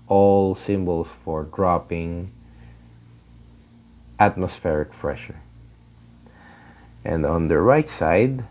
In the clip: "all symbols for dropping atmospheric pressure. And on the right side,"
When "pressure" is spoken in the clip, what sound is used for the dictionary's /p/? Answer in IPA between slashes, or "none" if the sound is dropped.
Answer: /f/